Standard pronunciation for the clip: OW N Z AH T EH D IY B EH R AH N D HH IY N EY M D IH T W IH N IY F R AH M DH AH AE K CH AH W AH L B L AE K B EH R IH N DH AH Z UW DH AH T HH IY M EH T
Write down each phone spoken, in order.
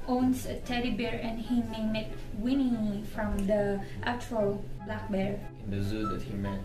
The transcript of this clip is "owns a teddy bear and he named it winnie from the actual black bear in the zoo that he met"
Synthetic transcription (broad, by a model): OW N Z AH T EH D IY B EH R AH N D HH IY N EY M IH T W IH N IY F R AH M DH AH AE CH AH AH L B L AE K B EH R IH N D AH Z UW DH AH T HH IY M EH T